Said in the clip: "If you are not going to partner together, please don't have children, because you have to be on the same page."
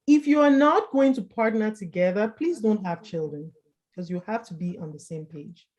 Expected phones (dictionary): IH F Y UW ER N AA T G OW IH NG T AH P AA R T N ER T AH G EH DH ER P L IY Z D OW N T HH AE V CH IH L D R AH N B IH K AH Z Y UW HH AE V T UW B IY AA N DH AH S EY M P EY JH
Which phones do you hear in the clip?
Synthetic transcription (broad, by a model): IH F Y UW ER N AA T G OW IH NG T AH P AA R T N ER T AH G EH DH ER P L IY Z D OW N T HH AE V CH IH L D R AH N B K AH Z Y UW HH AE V T UW B IY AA N DH AH S EY M P EY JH